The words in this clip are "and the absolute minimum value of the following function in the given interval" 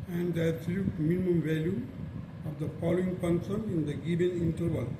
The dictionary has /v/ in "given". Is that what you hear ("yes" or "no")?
no